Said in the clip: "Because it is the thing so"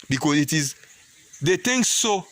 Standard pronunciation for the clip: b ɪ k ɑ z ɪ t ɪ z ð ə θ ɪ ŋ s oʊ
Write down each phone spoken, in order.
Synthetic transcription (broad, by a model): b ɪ k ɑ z ɪ t ɪ z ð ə t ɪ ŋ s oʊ